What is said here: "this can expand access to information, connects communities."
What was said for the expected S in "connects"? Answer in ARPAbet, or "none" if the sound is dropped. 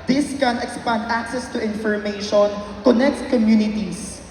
none